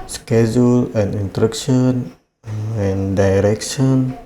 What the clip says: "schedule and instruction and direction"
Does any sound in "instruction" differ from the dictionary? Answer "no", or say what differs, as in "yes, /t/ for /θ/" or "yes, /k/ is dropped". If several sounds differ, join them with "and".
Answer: yes, /s/ is dropped